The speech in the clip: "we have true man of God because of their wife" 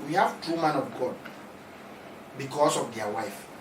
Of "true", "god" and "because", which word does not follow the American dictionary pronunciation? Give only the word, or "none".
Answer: because